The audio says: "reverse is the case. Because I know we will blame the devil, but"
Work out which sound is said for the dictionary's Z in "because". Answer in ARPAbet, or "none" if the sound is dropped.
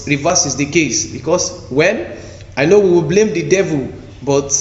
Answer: S